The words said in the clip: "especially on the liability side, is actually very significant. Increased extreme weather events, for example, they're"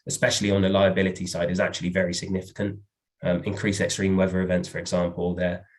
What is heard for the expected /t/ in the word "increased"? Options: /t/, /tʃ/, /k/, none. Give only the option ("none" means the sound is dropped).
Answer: none